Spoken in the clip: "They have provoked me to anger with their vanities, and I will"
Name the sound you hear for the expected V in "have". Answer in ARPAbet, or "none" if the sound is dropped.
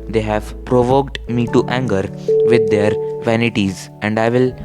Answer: V